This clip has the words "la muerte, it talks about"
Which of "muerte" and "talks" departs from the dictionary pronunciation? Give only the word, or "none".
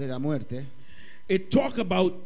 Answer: talks